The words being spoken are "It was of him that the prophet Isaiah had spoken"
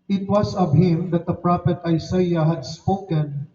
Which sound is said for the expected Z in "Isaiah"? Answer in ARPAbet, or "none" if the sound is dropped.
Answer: S